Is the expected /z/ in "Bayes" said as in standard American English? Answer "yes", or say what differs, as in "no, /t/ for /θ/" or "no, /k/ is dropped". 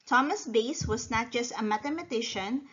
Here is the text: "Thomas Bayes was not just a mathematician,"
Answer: no, /s/ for /z/